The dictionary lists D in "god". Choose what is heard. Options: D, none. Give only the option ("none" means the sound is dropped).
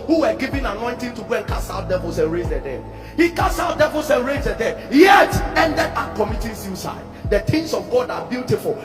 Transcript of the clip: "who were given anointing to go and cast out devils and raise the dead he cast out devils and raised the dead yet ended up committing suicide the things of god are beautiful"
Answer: D